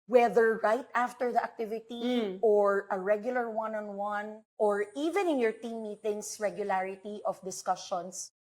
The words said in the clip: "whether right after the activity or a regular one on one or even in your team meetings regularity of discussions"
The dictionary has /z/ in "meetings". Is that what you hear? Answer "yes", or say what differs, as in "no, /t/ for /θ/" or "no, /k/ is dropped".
no, /s/ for /z/